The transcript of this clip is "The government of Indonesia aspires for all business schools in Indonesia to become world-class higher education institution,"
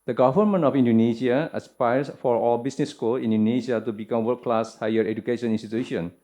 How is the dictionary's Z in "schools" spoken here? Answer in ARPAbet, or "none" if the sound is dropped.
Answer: none